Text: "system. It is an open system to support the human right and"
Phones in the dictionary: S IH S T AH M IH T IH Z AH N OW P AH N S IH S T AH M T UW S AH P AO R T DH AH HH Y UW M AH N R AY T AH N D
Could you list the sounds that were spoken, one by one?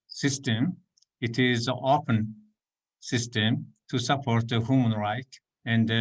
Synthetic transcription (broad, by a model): S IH S T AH M IH T IH Z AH OW P AH N S IH S T AH M T UW S AH P AO R T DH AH HH Y UW M AH N R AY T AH N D